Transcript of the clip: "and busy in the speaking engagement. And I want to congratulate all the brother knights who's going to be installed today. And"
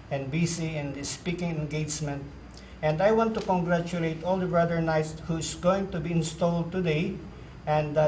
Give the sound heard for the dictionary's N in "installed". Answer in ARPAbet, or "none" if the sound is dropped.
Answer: N